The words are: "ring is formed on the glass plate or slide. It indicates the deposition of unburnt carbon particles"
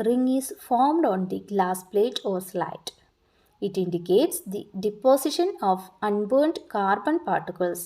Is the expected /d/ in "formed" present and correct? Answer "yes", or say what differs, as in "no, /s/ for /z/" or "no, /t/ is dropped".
yes